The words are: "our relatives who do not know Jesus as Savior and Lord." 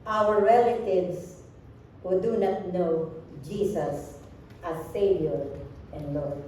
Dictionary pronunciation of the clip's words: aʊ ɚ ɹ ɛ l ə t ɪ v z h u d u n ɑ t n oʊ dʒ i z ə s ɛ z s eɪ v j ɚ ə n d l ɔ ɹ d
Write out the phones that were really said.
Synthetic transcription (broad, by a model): aʊ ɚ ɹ ɛ l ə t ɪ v s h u d u n ɑ t n oʊ dʒ i s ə s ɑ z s eɪ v j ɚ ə n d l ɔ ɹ